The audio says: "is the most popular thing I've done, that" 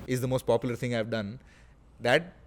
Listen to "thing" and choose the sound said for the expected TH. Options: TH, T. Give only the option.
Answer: T